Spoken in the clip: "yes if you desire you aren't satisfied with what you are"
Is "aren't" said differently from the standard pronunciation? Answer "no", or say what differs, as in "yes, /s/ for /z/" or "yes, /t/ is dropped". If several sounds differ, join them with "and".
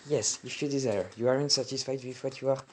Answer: no